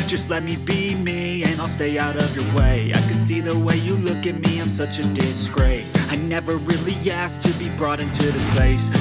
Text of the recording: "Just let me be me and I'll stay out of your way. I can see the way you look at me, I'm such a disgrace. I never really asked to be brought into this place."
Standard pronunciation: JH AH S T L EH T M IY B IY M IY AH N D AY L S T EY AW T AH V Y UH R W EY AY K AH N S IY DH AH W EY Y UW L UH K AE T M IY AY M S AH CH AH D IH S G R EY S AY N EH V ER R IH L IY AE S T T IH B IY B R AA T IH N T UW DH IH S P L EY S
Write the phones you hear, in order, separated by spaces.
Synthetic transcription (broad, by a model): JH AH S T L EH T M IY B IY M IY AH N AY L S T EY AW T AH V Y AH R W EY AY K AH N S IY DH AH W EY Y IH L UH K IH T M IY AY M S AH CH AH D IH S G R EY S AY N EH V ER R IH L IY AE S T T IH B IY B R AA T IH N T UW DH IH S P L EY S